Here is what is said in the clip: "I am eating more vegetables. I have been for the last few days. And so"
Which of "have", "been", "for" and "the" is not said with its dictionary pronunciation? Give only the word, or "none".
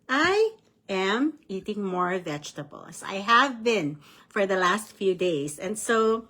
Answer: none